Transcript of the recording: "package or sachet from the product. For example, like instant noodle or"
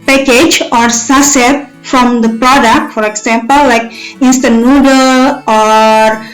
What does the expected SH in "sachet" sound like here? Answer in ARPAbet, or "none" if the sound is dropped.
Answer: S